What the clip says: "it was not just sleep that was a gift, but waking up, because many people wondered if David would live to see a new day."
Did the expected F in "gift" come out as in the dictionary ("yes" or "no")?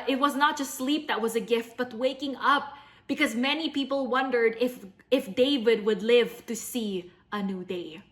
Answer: yes